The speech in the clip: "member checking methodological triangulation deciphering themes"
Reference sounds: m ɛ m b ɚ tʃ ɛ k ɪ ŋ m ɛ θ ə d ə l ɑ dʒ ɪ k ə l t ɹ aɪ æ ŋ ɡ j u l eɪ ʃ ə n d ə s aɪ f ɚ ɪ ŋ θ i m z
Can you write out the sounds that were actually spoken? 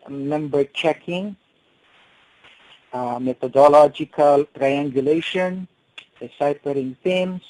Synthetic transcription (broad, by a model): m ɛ m b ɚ tʃ ɛ k ɪ ŋ m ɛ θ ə d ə l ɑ dʒ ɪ k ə l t ɹ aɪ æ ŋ ɡ j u l eɪ ʃ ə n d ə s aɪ p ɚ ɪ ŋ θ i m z